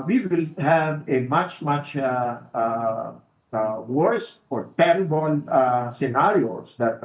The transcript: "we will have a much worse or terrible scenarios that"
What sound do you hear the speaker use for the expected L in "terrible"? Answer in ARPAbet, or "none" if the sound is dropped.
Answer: N